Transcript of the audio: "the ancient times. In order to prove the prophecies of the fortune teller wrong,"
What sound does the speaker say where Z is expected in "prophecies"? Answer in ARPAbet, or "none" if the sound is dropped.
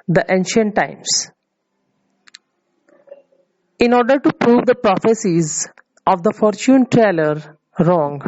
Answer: Z